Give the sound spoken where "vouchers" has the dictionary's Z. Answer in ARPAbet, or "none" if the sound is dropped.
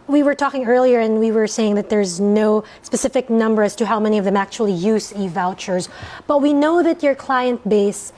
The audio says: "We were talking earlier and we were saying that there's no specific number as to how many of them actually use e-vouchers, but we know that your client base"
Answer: Z